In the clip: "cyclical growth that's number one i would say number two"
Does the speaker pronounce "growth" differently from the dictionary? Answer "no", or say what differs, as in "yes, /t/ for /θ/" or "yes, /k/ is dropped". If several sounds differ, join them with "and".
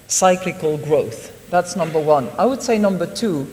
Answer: no